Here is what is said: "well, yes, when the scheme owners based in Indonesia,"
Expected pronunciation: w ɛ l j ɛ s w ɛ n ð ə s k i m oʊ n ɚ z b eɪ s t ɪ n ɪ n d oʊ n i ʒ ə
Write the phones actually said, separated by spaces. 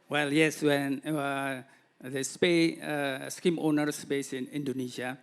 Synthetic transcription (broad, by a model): w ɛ l j ɛ s w ɛ n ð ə s k i m oʊ n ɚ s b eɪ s ɪ n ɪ n d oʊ n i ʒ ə